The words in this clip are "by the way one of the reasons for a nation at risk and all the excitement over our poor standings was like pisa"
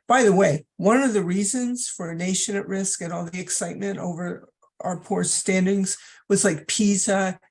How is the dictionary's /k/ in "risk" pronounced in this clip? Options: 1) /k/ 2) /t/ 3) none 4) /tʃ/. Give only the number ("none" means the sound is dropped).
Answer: 1